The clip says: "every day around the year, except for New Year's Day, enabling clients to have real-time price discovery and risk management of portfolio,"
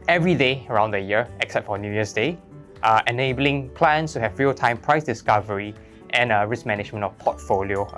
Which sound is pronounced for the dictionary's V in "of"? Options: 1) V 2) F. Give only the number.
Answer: 2